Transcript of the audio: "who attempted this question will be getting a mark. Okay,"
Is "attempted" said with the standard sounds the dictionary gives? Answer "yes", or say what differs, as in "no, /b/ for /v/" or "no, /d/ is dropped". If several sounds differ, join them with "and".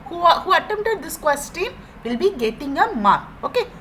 no, /p/ is dropped